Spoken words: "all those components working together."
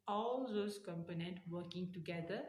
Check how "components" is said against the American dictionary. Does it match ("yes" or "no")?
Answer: no